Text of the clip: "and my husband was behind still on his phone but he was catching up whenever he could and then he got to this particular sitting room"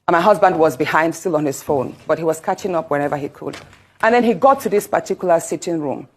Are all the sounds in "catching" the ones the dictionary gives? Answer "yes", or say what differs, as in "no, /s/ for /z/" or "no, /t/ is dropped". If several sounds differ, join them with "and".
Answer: yes